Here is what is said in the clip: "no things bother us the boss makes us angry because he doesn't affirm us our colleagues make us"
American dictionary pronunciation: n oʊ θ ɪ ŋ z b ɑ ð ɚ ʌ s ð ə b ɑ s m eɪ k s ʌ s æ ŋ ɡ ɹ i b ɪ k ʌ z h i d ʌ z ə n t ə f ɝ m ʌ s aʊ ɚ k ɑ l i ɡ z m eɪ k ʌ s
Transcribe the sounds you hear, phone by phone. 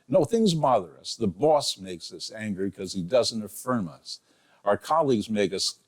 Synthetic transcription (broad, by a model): n oʊ θ ɪ ŋ z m ɑ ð ɚ ʌ s ð ə b ɑ s m eɪ k s ʌ s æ ŋ ɡ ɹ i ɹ k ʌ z i d ʌ z ə n t ə f ɝ m ʌ s aʊ ɚ k ɑ l i ɡ z m eɪ k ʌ s